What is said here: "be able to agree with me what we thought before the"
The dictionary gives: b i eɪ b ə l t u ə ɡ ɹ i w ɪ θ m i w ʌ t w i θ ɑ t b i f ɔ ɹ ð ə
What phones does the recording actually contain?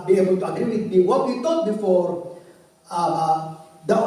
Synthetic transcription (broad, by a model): b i eɪ b ə l t u ə ɡ ɹ i w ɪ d m i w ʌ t w i t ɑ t b i f ɔ ɹ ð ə